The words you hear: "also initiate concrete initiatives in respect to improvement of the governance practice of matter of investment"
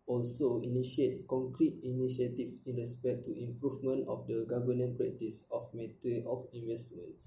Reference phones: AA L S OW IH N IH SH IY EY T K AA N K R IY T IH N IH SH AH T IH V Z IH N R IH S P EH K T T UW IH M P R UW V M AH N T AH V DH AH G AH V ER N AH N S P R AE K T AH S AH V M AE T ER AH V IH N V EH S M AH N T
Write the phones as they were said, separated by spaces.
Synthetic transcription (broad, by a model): AA L S OW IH N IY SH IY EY T K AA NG K R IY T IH N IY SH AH T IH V IH N R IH S P EH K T T UW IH M P R UW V M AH N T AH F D AH G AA V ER N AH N P R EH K T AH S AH F M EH T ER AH F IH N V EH S M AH N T